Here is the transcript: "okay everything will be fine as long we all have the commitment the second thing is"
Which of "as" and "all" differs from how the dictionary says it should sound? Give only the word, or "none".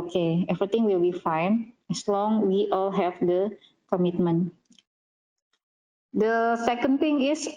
as